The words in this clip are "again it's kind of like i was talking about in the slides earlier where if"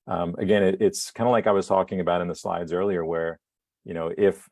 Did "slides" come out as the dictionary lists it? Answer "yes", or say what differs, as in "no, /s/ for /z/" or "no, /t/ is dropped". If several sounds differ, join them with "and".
yes